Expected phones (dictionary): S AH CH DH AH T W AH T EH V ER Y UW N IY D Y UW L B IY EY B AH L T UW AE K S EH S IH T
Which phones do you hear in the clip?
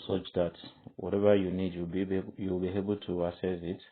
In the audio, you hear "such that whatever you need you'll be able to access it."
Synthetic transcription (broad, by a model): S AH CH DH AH T W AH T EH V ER Y UW N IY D Y UW L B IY EY B AH L T UW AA S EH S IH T